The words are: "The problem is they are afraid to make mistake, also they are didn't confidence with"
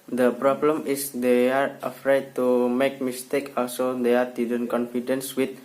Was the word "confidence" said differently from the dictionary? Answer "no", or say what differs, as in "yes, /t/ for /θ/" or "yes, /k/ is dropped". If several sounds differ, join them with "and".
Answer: no